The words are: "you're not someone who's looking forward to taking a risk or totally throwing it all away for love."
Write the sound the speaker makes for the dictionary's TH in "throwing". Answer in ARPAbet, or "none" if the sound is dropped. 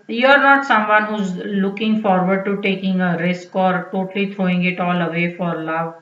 T